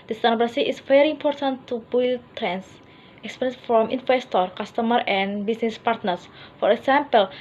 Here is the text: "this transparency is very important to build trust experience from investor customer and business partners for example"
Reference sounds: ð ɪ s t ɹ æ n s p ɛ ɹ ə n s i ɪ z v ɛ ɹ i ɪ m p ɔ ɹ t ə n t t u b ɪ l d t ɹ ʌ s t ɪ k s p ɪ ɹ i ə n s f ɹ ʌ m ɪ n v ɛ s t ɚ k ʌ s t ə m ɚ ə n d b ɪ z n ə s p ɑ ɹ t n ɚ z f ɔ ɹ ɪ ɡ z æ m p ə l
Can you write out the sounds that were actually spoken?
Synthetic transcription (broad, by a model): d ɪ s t æ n p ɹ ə s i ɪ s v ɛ ɹ i m p ɔ ɹ t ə n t t u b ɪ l t ɹ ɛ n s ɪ k s p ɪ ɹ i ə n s f ɹ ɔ m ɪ n f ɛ s t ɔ k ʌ s t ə m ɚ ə n b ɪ s n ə s p ɑ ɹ t n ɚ s f ɔ ɹ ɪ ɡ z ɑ m p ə l